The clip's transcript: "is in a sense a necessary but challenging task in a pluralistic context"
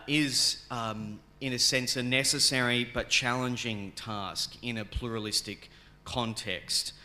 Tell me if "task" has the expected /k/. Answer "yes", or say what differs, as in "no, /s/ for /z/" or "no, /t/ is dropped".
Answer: yes